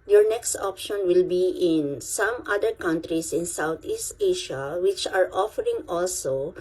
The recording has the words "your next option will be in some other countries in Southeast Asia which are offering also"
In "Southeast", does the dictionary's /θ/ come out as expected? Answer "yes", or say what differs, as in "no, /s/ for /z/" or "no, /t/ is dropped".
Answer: no, /t/ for /θ/